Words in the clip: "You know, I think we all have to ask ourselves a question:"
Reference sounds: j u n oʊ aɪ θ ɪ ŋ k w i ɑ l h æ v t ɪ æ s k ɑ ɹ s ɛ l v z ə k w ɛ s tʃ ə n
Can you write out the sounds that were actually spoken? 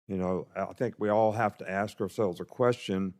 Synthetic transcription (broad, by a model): j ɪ n oʊ aɪ θ ɪ ŋ k w i ɑ l h æ f t ɪ æ s k ɑ ɹ s ɛ l v z ə k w ɛ s tʃ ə n